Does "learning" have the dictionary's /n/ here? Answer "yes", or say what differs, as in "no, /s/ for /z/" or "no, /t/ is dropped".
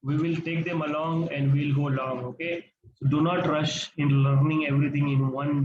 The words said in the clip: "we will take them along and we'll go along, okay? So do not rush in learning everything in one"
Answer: yes